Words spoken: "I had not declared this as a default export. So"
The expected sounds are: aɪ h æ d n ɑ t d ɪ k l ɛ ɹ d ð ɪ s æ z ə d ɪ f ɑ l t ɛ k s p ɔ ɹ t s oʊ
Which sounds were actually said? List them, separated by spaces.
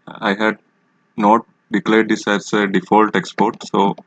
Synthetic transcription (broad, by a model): aɪ h æ d n ɑ t d ɪ k l ɛ ɹ d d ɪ s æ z ə d ɪ f ɑ l t ɛ k s p ɔ ɹ t s oʊ